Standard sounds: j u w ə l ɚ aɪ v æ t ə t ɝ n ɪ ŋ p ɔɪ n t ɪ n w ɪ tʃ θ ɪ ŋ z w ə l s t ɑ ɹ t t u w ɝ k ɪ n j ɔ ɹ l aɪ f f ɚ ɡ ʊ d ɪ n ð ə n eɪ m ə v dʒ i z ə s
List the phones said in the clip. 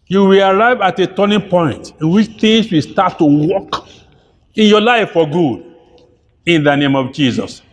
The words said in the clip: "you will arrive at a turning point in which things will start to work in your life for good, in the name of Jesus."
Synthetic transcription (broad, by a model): j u w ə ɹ aɪ v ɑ t ə t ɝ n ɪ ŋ p ɔɪ n t ɪ n w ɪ tʃ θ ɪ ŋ s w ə s t ɑ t t u w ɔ k ɪ n j ɔ l aɪ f f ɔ ɡ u d ɪ n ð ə n eɪ m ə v dʒ i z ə s